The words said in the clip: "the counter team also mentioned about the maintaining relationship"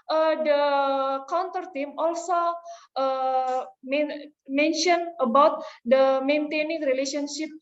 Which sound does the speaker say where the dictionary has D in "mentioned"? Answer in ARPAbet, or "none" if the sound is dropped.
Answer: none